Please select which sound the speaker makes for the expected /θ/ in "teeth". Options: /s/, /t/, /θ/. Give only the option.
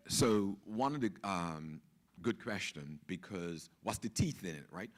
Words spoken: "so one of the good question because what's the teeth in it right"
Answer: /θ/